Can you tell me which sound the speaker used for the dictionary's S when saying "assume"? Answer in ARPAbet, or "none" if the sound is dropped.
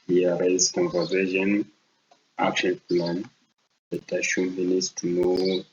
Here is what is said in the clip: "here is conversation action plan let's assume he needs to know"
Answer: SH